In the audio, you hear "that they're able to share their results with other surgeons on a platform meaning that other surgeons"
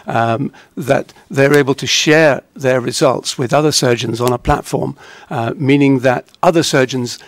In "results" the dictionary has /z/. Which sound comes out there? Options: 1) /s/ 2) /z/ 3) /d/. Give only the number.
2